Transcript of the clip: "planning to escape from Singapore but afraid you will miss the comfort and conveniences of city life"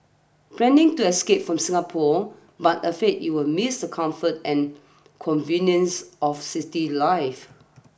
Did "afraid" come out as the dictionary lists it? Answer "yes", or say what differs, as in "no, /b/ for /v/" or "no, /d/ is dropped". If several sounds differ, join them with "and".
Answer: no, /ɹ/ is dropped